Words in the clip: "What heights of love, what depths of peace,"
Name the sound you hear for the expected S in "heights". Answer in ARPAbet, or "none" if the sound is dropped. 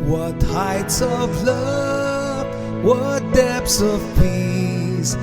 S